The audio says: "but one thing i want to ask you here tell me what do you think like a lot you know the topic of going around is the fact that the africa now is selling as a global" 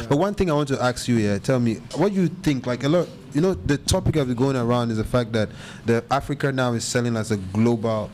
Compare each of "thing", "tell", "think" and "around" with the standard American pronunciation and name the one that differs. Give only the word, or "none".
none